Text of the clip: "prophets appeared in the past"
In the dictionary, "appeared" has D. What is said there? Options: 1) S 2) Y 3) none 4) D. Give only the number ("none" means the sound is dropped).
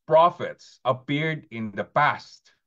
4